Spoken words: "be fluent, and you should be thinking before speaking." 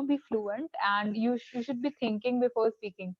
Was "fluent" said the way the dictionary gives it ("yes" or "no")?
yes